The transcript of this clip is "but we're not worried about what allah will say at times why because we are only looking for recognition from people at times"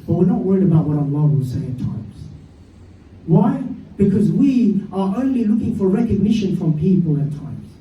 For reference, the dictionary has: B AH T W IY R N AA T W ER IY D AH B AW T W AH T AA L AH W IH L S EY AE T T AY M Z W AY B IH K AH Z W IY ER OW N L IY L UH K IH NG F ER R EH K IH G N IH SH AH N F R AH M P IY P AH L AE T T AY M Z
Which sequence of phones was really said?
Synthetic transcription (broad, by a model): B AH T W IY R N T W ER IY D AH B AW T W AH T AA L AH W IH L S EY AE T T AY M Z W AY B IH K AH Z W IY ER OW N L IY L UH K IH NG F ER R EH K IH G N IH SH AH N F R AH M P IY P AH L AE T T AY M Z